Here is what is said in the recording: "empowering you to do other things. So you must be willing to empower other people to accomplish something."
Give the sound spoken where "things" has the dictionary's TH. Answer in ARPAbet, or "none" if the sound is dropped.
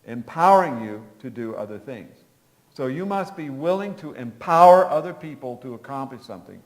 TH